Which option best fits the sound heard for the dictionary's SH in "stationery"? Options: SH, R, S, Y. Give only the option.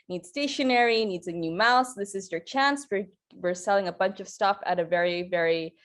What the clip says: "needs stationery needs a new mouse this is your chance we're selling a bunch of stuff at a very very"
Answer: SH